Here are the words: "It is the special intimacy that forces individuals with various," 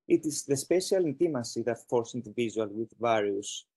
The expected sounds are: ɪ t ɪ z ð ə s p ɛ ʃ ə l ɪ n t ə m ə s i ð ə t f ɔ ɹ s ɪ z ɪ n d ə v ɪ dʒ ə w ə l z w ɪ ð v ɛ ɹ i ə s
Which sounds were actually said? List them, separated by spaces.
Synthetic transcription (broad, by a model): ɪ t ɪ z ð ə s p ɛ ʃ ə l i n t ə m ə s i ð ə t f ɔ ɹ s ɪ n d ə v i ʒ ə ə l w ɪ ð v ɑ ɹ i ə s